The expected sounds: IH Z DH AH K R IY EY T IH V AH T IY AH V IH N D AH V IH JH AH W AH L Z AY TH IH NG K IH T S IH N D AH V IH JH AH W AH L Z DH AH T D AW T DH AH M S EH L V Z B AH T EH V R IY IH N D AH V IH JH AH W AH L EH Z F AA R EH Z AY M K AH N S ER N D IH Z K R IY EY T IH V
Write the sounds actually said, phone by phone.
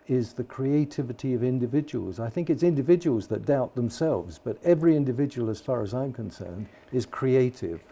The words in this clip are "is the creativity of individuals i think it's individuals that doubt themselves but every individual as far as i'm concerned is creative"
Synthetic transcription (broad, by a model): IH Z DH AH K R IY EY T IH V AH T IY AH V IH N D AH V IH JH AH W AH L Z AY TH IH NG K IH T S IH N D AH V IH JH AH W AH L Z DH AH T D AW T DH AH M S EH L V Z B AH T EH V R IY IH N D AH V IH JH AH W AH L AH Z F AA R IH Z AY M K AH N S ER N D IH Z K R IY EY T IH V